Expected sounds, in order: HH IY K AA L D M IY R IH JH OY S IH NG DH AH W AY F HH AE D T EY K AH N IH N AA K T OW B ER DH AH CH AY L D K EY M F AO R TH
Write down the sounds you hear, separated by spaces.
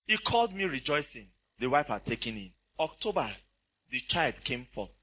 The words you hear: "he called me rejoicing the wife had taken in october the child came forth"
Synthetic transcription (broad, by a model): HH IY K AA L D M IY R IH JH OY S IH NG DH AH W AY F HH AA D T EY K AH N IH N AA K T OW B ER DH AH CH AY L D K EY M F AO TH